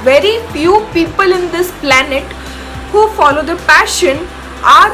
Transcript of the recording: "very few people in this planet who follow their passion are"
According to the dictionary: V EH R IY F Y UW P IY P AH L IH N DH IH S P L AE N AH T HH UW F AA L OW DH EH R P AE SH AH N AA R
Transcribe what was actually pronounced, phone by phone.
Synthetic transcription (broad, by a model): V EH R IY F Y UW P IY P AH L IH N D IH S P L AE N AH T HH UW F AA L OW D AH P AE SH AH N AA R